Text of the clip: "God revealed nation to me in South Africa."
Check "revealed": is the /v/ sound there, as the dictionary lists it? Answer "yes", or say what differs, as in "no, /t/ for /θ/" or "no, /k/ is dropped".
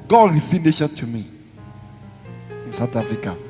no, /f/ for /v/